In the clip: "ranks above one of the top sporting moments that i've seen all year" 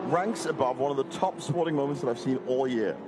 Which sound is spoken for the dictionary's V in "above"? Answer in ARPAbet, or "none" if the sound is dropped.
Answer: V